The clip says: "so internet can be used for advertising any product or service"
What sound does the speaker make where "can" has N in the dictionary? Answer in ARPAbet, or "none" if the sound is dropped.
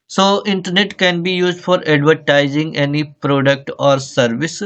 N